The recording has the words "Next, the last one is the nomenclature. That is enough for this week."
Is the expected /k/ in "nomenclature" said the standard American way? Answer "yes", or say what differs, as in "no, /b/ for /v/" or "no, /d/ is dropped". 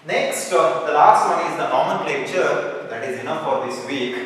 no, /k/ is dropped